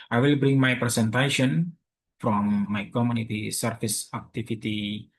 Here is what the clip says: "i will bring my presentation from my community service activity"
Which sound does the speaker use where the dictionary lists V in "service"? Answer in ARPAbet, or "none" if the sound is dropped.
F